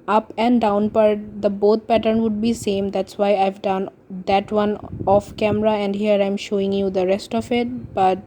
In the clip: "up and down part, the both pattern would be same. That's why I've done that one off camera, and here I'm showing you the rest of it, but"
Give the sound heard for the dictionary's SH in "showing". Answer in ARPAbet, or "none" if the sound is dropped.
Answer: SH